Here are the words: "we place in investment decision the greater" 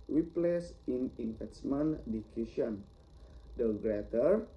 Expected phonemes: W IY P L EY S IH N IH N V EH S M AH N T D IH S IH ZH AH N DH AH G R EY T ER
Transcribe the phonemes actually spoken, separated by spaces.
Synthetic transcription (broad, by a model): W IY P L EY S IH N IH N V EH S M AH N D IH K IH SH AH N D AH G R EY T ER